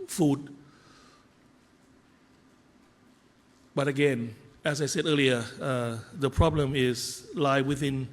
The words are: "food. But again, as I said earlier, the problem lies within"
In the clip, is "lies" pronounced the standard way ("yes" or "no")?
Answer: no